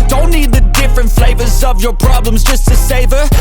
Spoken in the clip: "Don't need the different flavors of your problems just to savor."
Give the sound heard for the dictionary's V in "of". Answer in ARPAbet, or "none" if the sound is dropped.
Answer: V